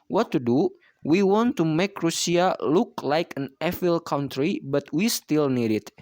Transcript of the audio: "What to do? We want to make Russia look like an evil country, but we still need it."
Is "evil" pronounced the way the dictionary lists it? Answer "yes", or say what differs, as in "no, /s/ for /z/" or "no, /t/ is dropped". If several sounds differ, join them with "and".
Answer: no, /f/ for /v/